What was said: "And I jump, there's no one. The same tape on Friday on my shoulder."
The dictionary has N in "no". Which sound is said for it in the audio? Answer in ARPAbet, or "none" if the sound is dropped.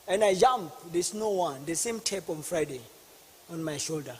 N